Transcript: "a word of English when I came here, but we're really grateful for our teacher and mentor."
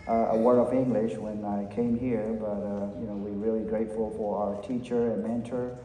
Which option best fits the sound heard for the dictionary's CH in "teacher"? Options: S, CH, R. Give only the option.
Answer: CH